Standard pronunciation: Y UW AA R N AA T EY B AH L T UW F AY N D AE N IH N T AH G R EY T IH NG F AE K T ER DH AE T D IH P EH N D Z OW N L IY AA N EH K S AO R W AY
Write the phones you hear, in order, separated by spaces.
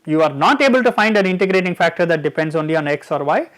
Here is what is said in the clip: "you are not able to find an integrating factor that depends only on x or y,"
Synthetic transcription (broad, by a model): Y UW AA R N AA T EY B AH L T UW F AY N D AE N IH N T AH G R EY T IH NG F AE K T ER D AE T D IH P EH N D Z OW N L IY AA N EH K S AO R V AY